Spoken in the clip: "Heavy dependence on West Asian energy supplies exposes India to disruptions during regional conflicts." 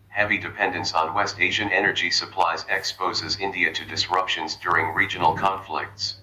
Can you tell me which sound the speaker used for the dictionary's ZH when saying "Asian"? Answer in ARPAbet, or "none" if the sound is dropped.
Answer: ZH